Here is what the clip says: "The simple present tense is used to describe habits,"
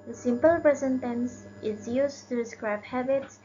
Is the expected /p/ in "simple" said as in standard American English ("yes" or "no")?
yes